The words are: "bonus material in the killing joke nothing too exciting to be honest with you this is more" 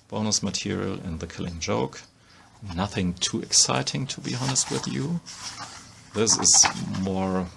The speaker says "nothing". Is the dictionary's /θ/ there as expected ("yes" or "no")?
yes